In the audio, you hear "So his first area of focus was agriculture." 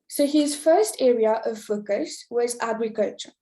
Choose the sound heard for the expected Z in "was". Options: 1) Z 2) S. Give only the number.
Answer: 1